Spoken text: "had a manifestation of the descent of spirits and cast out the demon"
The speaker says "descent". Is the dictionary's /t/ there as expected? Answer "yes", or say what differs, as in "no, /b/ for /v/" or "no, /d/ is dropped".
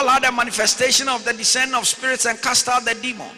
no, /t/ is dropped